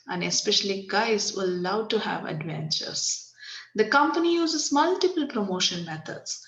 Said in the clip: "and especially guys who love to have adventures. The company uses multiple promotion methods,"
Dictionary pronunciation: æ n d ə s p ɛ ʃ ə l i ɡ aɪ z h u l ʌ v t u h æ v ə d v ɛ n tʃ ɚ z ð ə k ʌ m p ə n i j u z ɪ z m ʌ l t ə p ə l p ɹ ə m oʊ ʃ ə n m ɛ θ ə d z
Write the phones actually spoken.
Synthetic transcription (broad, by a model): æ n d ə s p ɛ ʃ ə l i ɡ aɪ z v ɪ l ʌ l t u h æ v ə d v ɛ n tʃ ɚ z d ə k ʌ m p ə n i j u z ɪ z m ʌ l t ə p ə l p ɹ ə m oʊ ʃ ə n m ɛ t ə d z